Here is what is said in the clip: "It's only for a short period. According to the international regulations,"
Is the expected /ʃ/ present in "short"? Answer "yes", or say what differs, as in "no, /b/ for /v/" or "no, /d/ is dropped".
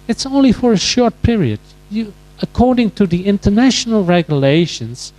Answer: yes